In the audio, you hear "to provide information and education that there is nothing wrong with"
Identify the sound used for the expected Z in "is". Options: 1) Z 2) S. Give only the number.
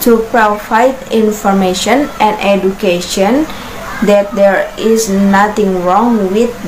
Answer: 2